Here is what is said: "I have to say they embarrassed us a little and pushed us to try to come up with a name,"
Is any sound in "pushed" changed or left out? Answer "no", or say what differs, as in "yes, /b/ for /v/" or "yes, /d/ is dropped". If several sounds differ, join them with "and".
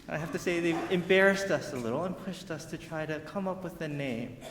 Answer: no